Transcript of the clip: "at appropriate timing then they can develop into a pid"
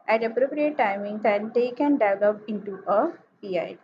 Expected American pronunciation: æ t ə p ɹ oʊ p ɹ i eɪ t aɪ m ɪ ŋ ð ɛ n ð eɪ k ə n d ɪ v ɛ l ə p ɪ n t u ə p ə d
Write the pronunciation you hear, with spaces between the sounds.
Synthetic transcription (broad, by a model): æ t ə p ɹ oʊ p ɹ i eɪ t aɪ m ɪ ŋ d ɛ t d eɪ k ə n d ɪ ɪ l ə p ɪ n t u ə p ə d